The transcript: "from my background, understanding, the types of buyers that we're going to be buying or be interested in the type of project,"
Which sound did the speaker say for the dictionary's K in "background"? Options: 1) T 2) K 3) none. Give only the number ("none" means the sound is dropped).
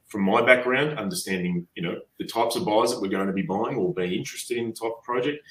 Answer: 2